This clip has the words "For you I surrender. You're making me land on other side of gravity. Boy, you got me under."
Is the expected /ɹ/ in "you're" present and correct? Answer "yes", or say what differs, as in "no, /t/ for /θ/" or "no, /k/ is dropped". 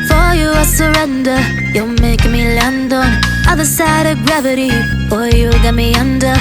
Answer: no, /l/ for /ɹ/